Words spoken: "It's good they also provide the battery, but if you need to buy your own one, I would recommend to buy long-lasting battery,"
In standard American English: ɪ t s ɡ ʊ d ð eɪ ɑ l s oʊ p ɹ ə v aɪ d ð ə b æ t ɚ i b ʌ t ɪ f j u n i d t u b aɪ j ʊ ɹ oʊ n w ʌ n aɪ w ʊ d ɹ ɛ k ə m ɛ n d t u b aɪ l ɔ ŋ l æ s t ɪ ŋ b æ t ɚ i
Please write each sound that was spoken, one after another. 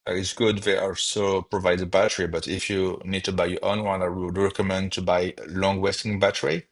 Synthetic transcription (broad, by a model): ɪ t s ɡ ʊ d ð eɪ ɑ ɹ s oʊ p ɹ ə v aɪ d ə b æ t ɚ i b ʌ t ɪ f j u n i d t u b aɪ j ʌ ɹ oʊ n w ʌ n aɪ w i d ɹ ɛ k ə m ɛ n d t u b aɪ l ɔ ŋ w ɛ s t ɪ ŋ b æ t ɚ i